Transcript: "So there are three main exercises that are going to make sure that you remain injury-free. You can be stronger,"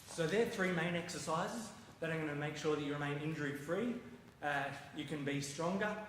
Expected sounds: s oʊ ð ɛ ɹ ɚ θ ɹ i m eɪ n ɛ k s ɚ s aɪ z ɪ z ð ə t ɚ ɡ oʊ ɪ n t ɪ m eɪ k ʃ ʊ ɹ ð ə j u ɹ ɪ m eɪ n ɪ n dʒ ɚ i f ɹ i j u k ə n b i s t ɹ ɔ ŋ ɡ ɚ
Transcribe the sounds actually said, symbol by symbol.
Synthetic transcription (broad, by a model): s oʊ ð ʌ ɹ θ ɹ i m eɪ n ɛ k s ɚ s aɪ z ɪ z ð ə t ɚ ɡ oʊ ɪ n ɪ m eɪ k ʃ ʊ ɹ ð ə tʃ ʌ ɹ ɪ m eɪ n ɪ n dʒ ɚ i f ɹ i j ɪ k ə n b i s t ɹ ɔ ŋ ɡ ɚ